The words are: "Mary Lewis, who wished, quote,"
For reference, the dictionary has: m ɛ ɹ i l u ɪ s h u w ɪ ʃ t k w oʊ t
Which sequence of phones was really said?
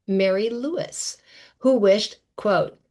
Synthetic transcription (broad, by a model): m ɛ ɹ i l u ɪ s h u w ɪ ʃ t k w oʊ t